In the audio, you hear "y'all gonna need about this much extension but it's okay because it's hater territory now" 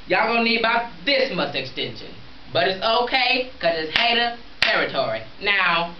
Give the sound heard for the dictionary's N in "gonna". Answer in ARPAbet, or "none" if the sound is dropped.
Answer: none